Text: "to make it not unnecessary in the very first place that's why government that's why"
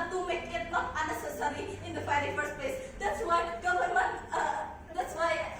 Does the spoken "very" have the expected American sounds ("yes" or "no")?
no